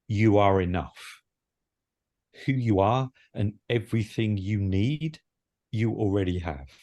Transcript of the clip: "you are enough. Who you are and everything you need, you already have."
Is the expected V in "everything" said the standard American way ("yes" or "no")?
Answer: yes